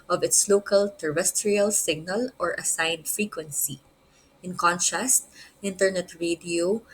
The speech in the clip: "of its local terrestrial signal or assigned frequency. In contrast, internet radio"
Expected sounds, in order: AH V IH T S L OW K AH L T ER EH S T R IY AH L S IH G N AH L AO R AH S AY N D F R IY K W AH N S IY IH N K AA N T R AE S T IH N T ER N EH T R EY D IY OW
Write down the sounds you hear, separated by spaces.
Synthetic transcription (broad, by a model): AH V IH T S L OW K AH L T ER EH S T R IY AH L S IH G N AH L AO R AH S AY N D F R IY K W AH N S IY IH N K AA N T AE S T IH N T ER N EH T R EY D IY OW